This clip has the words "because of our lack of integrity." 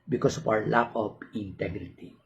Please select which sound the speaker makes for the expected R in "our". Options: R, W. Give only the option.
W